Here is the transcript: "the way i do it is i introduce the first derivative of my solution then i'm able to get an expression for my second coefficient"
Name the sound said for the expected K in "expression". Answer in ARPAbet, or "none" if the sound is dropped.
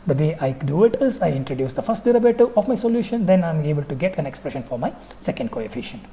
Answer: K